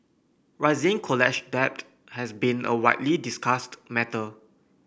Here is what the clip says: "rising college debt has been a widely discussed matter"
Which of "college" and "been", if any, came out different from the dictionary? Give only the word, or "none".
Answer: college